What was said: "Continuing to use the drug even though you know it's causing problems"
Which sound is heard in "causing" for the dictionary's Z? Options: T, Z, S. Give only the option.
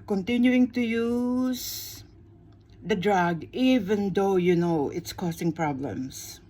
S